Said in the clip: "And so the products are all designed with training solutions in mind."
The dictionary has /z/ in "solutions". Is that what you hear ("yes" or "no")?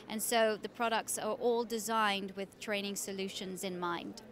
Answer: yes